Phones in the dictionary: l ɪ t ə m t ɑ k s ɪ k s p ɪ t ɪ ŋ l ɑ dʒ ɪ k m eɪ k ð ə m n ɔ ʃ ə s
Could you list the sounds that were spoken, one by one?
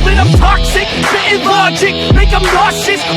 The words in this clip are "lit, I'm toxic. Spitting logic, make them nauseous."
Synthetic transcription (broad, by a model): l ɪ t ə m t ɑ k s ɪ k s ɪ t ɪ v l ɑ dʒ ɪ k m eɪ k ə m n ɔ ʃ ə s